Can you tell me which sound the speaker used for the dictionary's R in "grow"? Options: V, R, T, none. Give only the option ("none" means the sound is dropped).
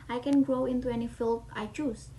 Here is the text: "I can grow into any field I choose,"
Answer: R